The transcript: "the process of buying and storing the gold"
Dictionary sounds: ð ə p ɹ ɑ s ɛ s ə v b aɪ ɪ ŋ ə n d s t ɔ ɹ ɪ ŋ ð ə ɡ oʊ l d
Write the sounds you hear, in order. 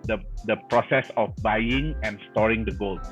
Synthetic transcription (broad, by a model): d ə p ɹ ɑ s ɛ s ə f b aɪ ɪ ŋ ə n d s t ɔ ɹ ɪ ŋ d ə ɡ oʊ l